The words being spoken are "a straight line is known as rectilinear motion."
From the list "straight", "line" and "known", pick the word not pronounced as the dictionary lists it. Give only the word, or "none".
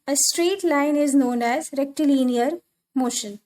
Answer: none